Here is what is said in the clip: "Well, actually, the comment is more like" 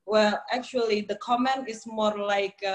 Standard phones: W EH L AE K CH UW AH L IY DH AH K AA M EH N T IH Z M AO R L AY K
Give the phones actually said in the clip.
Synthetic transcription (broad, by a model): W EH L AE K CH UW AH L IY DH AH K AA M EH N T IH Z M AO R L AY K